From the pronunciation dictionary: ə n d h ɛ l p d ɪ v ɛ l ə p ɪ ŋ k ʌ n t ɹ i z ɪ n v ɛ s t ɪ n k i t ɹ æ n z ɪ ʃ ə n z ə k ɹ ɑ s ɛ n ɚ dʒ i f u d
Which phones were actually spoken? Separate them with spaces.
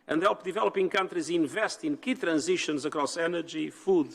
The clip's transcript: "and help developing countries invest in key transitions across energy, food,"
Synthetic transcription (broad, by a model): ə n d h ɛ l p d ɪ v ɛ l ə p ɪ ŋ k ʌ n t ɹ i z ɪ n v ɛ s t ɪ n k i t ɹ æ n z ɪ ʃ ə n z ə k ɹ ɑ s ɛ n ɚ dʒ i f u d